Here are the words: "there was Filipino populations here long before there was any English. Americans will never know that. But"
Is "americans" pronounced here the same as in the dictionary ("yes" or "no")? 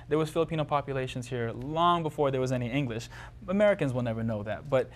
yes